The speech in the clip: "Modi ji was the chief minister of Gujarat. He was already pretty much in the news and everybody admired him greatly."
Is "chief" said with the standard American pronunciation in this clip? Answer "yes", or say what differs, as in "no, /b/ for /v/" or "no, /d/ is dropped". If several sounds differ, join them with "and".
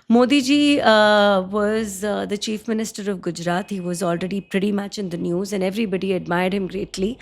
yes